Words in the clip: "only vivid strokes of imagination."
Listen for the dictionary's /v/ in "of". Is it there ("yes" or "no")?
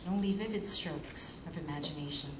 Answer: yes